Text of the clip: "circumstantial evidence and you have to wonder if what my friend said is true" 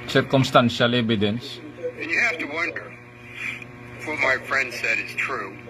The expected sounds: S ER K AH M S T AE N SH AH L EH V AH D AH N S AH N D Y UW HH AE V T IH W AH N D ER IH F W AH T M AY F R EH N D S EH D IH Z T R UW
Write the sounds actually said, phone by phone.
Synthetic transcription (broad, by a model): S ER K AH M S T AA N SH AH L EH B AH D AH N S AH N Y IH HH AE F T IH W AH N D ER F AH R M AY F R EH N D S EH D IH Z T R UW